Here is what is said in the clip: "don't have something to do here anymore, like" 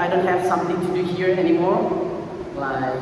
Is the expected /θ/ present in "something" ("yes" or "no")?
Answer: no